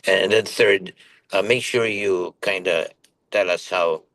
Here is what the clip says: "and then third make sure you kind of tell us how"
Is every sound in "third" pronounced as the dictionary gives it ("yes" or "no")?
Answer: yes